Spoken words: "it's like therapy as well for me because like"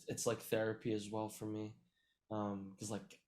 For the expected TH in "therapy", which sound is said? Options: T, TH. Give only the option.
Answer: TH